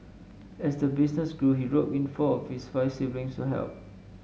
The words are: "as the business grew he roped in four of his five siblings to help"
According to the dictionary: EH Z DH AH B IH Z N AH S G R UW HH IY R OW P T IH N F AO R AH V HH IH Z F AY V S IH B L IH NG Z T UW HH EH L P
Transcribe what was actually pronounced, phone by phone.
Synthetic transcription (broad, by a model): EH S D AH B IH S N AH S G R UW HH IY R OW T IH N F AO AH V HH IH S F AY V S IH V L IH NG S T UW HH EH L P